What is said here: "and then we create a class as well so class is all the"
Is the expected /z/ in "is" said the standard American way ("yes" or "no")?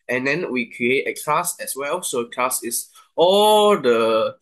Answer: no